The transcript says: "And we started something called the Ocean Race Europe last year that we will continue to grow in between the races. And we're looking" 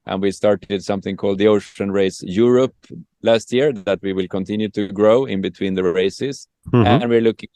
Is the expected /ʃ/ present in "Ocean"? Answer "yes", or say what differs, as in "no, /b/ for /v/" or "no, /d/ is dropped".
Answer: yes